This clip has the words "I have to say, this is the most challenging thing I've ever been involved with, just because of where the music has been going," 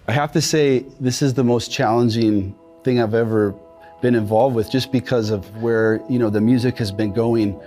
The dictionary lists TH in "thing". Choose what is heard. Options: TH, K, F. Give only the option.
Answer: TH